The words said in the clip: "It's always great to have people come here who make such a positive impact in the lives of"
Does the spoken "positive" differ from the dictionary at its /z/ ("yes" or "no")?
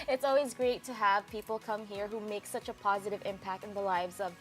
no